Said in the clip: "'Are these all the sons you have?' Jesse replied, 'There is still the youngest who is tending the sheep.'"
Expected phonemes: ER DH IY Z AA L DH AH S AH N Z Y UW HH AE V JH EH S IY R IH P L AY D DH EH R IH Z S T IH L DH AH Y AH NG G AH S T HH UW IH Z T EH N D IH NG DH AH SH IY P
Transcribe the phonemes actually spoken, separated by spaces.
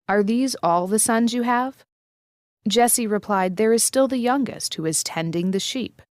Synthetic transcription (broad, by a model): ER DH IY Z AA L DH AH S AH N Z Y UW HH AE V JH EH S IY R IH P L AY D DH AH R IH Z S T IH L DH AH Y AH NG G AH S T HH UW IH Z T EH N D IH NG DH AH SH IY P